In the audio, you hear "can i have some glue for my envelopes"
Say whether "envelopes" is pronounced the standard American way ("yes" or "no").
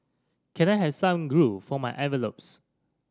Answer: no